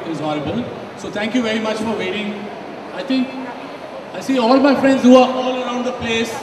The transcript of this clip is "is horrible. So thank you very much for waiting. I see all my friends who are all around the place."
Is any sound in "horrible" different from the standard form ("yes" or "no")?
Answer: yes